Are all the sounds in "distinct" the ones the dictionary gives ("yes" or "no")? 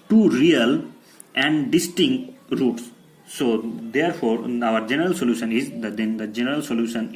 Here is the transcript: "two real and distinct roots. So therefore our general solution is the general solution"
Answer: yes